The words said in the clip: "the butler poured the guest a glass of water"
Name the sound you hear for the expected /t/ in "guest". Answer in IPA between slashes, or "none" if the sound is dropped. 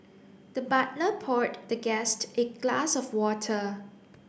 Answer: /t/